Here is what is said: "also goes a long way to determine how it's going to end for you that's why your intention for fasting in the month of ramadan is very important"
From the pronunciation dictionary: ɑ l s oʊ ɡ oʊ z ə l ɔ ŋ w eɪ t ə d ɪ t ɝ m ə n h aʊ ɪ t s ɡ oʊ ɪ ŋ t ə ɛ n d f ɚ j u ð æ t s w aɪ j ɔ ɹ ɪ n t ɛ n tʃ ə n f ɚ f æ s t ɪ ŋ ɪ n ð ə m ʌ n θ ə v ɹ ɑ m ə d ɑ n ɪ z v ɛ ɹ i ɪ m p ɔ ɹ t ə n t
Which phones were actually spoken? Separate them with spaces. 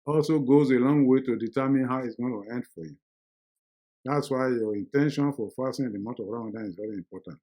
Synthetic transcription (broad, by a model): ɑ l s oʊ ɡ oʊ z ə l ɔ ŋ w eɪ t ə d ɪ t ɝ m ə n h aʊ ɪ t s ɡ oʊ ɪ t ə ɛ n d f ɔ j u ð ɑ t s w aɪ j ɔ ɹ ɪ n t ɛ n ʃ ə n f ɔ f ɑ s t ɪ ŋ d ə m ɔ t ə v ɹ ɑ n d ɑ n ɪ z v ɛ ɹ i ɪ m p ɔ t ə n t